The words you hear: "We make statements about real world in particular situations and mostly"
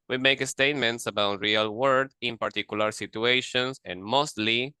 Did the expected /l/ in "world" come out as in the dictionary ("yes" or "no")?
no